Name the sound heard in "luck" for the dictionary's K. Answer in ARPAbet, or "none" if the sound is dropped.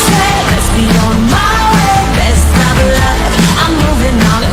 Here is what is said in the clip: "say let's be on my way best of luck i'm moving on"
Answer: none